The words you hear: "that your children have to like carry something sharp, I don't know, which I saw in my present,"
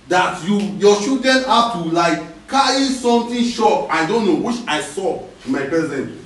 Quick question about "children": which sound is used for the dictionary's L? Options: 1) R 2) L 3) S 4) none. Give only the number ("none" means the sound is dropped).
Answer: 4